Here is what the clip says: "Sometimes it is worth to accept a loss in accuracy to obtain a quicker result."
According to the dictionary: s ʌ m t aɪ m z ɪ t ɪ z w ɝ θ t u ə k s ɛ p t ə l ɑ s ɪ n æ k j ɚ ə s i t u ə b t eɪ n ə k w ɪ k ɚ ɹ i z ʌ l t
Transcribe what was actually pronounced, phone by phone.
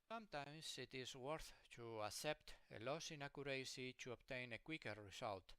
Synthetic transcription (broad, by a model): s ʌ m t aɪ m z ɪ t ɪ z w ɝ θ t u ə s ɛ p t ə l ɑ s ɪ n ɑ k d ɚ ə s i t u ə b t eɪ n ə k w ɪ k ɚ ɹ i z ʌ l t